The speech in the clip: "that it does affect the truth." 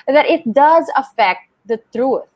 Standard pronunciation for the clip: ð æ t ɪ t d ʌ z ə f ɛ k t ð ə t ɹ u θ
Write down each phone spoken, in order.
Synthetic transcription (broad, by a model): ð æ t ɪ t d ʌ z ə f ɛ k t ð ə t ɹ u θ